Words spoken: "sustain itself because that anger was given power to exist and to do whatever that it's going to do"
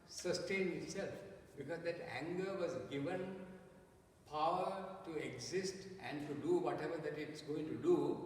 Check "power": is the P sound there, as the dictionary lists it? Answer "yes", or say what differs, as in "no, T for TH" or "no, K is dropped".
yes